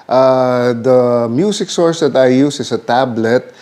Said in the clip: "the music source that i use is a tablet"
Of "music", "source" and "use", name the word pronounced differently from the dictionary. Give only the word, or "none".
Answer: music